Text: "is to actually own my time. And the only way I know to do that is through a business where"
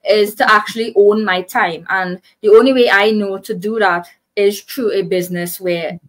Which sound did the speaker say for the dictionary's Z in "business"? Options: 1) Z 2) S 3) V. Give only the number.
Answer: 1